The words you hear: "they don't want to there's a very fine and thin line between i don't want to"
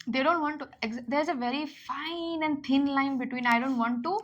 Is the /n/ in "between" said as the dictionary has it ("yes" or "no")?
yes